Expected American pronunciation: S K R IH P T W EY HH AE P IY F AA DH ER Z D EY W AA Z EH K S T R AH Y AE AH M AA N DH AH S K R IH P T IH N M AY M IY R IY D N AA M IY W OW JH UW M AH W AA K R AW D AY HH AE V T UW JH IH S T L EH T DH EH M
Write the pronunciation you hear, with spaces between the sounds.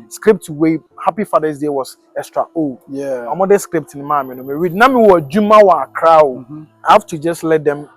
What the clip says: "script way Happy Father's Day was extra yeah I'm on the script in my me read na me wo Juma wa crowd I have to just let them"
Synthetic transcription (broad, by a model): S K R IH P T W EY HH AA P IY F AA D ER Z D EY W AA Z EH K S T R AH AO AH M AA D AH S K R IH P T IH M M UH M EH R IY D N AA M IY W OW JH UW M AH W AA K R AW AY HH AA F T UW JH IH S T L EH T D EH M